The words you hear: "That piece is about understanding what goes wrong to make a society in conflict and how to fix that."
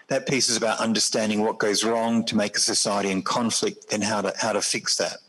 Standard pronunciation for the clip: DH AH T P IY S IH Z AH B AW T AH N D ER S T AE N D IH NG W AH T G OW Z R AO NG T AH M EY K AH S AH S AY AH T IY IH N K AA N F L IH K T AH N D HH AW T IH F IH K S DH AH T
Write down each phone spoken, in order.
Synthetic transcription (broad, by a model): DH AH T P IY S IH Z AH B AW T AH N D ER S T AE N D IH NG W AH T G OW Z R AO NG T AH M EY K AH S AH S AY AH T IY IH N K AA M F L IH K T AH N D HH AW T IH F IH K S DH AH T